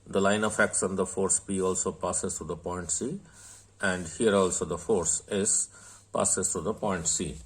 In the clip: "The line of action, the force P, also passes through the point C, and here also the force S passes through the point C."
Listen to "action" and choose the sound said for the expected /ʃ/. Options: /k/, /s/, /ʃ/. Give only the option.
/s/